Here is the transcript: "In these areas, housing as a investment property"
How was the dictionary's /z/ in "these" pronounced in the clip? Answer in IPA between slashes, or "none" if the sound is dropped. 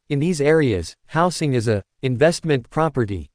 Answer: /z/